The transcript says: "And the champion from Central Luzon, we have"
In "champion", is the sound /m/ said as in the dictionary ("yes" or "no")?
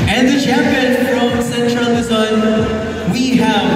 no